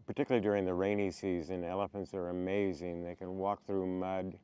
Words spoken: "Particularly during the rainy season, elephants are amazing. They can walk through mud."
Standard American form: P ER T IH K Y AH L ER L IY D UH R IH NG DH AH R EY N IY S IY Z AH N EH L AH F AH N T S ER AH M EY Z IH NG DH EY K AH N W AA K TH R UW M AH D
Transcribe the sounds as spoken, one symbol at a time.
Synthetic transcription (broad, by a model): P ER T IH K Y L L IY D UH R IH NG DH AH R EY N IY S IY Z AH N EH L AH F AH N T S ER AH M EY Z IH NG DH EY K AH N W AA K TH R UW M AH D